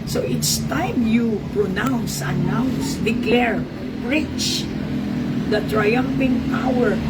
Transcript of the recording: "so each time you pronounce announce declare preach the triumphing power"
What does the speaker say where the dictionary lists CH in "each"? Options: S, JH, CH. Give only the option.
S